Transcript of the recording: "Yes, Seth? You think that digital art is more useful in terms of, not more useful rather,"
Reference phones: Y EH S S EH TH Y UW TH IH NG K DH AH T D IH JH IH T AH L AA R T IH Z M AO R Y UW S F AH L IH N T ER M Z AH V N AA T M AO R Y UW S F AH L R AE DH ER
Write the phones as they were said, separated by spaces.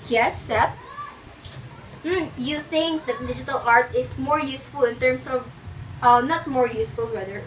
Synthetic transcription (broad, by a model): Y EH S S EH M Y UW TH IH NG K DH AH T D IH JH IH T AH L AA R T IH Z M AO R Y UW S F AH L IH N T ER M S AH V N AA T M AO R Y UW S F AH L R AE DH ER